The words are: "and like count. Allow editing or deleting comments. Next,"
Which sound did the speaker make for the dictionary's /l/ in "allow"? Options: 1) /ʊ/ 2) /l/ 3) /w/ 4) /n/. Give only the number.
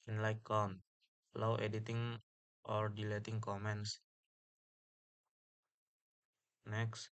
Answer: 3